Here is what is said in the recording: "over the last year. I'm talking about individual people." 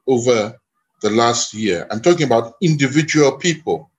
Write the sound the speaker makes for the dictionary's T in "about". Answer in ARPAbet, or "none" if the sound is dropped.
T